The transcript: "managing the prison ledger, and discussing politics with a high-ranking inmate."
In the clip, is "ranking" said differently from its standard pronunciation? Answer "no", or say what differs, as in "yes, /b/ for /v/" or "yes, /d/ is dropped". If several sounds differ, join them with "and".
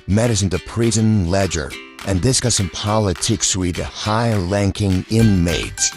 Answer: yes, /l/ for /ɹ/